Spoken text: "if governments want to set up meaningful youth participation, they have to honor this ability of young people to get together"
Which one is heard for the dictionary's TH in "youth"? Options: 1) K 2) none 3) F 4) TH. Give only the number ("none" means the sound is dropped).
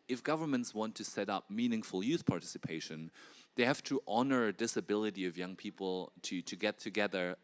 4